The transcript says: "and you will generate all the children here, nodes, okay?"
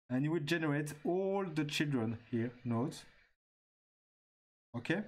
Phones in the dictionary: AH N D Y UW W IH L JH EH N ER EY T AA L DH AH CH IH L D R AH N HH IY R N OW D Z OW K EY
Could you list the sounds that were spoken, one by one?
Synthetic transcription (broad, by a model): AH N Y UW W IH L JH EH N ER EY T AA L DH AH CH IH L D R AH N HH IY R N OW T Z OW K EY